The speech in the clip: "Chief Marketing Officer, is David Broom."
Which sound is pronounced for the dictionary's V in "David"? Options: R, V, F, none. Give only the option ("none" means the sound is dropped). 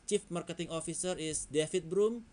F